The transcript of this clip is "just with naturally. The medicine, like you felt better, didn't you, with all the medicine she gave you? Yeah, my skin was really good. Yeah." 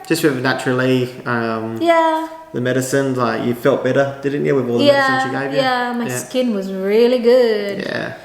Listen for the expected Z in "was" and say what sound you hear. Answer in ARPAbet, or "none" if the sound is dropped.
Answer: Z